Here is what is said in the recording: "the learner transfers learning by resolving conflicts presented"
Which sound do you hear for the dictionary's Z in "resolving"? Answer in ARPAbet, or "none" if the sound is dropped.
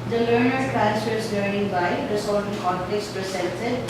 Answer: S